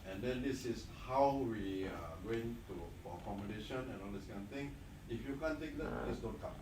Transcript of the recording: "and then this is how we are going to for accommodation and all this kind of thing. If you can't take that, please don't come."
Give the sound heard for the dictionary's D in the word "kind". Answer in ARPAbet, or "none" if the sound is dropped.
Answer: none